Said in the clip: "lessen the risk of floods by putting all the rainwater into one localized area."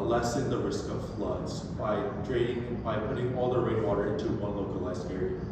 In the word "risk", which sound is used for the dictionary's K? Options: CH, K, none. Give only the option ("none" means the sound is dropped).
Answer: K